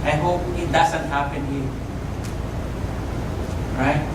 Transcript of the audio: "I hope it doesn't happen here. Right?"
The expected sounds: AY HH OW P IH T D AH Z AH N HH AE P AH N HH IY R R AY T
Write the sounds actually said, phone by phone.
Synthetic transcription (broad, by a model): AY HH OW P IH T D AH S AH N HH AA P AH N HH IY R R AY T